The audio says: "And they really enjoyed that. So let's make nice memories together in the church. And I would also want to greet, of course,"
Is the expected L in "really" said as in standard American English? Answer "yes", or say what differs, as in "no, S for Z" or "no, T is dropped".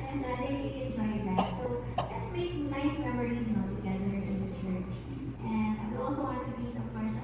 no, L is dropped